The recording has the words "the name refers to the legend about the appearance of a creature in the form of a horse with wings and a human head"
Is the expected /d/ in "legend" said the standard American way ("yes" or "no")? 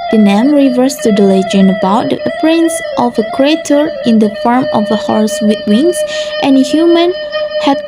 no